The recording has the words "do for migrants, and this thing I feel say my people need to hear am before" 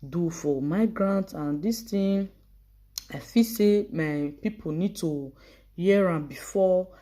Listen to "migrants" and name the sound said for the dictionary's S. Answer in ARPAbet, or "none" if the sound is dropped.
none